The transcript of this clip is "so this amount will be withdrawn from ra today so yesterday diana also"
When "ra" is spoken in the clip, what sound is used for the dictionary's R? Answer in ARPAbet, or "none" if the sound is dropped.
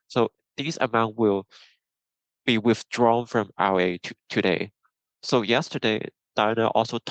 W